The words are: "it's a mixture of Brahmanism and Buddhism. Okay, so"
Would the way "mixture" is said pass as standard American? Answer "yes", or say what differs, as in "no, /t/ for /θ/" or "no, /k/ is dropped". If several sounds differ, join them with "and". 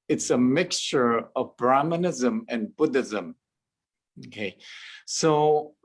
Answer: yes